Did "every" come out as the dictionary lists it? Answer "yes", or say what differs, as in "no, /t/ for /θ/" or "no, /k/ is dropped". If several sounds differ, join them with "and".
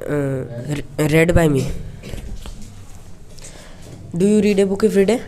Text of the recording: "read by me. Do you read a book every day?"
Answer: no, /f/ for /v/